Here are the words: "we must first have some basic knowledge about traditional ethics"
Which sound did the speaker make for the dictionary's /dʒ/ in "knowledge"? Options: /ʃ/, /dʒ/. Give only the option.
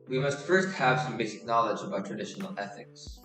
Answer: /dʒ/